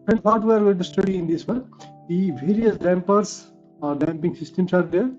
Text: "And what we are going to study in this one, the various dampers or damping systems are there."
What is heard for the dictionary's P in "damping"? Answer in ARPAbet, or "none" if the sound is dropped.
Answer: P